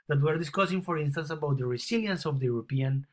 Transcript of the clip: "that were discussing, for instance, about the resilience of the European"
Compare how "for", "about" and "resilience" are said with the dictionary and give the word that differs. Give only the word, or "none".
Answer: resilience